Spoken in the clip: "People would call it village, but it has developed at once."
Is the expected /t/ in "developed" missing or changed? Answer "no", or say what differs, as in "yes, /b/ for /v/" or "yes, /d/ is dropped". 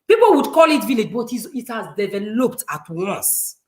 no